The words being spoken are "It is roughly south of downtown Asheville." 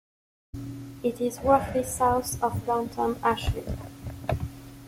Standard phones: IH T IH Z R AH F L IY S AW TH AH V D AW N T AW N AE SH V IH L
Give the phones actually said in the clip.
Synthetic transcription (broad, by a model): IH T IH Z W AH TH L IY S AW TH AH V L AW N T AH N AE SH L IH